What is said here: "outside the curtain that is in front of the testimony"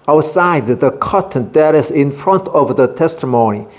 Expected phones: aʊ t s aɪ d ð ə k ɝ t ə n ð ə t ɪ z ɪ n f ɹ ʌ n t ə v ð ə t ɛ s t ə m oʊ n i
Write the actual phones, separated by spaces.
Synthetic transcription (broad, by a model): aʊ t s aɪ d ð ə k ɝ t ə n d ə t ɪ s ɪ n f ɹ ʌ n t ə v ð ə t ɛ s t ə m oʊ n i